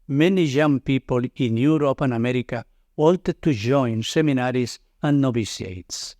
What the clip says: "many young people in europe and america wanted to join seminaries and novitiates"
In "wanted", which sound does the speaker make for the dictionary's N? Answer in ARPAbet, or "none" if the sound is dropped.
L